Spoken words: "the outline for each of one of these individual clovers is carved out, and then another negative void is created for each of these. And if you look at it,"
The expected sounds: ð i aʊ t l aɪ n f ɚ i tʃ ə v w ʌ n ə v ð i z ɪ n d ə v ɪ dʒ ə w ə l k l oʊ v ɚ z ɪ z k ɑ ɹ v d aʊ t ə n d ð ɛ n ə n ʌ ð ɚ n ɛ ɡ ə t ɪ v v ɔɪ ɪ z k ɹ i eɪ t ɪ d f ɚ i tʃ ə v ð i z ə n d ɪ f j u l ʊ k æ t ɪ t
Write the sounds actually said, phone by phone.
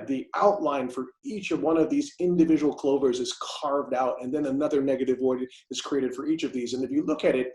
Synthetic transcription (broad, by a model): ð i aʊ t l aɪ n f ɚ i tʃ ə v w ʌ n ə v ð i z ɪ n d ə v ɪ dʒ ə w l k l oʊ v ɚ z ɪ z k ɑ ɹ v d aʊ t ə n ð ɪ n ə n ʌ ð ɚ n ɛ ɡ ə t ɪ v w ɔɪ ɪ z k ɹ i eɪ t ɪ d f ɚ i tʃ ə v ð i z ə n ɪ f j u l ʊ k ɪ t ɪ t